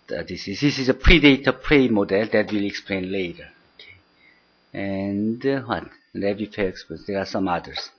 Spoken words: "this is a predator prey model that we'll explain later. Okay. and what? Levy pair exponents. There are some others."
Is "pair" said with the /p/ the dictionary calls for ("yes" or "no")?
no